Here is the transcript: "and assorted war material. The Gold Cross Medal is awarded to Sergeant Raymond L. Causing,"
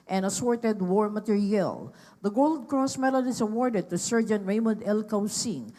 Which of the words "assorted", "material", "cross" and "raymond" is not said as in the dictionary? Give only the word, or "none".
none